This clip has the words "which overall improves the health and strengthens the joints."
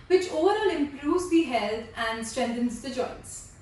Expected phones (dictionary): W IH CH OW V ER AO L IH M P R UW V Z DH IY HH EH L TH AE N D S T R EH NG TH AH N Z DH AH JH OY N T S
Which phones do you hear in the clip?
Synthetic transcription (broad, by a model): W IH CH OW V ER AO L IH M P R UW V Z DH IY HH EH L T AE N D S T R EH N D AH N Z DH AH JH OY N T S